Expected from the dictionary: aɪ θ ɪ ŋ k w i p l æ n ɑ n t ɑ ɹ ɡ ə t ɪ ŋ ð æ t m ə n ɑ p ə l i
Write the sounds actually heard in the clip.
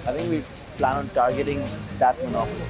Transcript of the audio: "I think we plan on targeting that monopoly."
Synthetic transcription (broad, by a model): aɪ t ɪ ŋ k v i p l æ n ɑ n t ɑ ɹ ɡ ə t ɪ ŋ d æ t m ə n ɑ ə